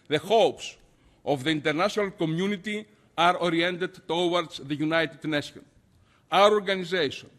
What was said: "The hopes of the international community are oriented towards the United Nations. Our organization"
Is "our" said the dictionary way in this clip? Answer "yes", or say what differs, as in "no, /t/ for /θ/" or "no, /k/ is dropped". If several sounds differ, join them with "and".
yes